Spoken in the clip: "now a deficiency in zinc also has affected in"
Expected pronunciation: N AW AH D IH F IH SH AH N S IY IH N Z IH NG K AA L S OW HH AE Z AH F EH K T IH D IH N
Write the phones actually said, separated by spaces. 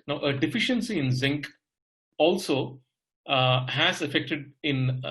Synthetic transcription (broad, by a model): N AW AH D IH F IH SH AH N S IY IH N Z IH NG K AA L S OW HH AE Z AH F EH K T IH D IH N